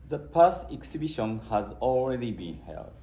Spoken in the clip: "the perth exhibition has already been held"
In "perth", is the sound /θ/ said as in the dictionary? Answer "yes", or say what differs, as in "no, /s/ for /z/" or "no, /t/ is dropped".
no, /s/ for /θ/